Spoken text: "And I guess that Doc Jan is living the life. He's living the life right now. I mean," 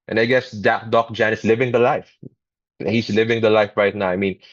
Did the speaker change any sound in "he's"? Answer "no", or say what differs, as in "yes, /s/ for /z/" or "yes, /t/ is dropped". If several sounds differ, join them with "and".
yes, /s/ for /z/